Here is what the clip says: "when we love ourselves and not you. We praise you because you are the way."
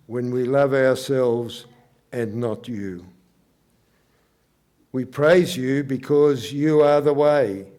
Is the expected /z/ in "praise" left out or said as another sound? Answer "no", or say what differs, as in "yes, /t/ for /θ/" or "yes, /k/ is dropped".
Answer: no